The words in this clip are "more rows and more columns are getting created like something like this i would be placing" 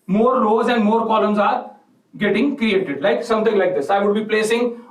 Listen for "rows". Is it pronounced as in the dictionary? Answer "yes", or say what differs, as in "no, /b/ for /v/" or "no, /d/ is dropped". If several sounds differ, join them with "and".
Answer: no, /l/ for /ɹ/